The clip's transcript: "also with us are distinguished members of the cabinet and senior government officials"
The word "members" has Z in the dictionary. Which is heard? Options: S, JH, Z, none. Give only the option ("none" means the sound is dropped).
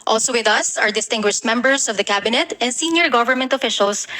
S